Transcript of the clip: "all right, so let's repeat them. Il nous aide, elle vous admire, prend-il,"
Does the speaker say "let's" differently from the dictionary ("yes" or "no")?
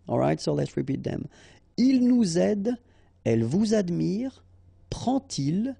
no